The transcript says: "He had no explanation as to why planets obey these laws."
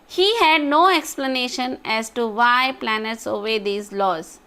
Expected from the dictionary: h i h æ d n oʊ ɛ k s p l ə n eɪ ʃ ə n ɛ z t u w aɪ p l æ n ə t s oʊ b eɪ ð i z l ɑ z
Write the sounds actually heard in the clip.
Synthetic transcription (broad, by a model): h i h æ d n oʊ ɛ k s p l ə n eɪ ʃ ə n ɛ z t u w aɪ p l æ n ə t s oʊ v eɪ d i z l ɑ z